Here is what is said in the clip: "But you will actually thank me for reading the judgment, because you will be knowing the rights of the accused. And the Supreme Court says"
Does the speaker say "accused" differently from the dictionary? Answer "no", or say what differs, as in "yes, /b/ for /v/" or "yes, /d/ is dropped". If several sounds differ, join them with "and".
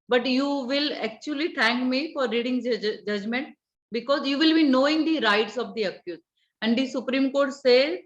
yes, /d/ is dropped